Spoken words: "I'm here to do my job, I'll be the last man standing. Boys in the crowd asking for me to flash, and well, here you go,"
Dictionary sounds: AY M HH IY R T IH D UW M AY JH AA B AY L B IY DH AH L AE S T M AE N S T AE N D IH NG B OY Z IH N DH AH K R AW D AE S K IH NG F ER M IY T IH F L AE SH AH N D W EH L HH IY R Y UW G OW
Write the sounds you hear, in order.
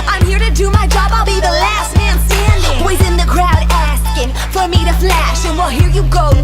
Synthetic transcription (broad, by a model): AY M HH IY R T IH D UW M AY JH AA B AY L B IY DH AH L AE S T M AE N S T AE N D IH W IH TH IH N DH AH K R AW D AE S K IH NG F ER M IY T IH F L AE SH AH N W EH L HH IY R Y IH G OW